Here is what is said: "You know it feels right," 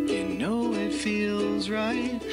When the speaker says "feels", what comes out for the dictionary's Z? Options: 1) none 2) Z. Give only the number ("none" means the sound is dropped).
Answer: 2